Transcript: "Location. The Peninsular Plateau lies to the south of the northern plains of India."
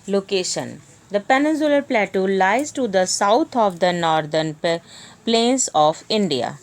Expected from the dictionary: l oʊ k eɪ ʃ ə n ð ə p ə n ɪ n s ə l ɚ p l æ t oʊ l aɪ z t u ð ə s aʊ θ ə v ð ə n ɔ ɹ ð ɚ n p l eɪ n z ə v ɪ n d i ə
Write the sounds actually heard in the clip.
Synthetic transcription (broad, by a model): l oʊ k eɪ ʃ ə n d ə p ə n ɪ n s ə l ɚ p l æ t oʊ l aɪ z t u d ə s aʊ t ə v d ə n ɔ ɹ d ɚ n p l eɪ n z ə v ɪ n d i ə